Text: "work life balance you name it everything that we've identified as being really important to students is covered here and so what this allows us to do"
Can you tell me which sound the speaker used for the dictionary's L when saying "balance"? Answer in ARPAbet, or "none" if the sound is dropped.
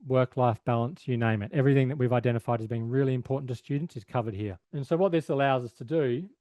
L